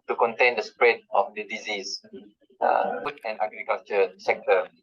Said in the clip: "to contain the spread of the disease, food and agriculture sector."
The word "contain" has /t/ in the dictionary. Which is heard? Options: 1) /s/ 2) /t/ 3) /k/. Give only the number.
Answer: 2